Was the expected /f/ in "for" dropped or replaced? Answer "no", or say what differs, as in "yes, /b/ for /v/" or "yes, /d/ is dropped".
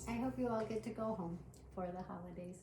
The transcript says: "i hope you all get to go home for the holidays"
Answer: no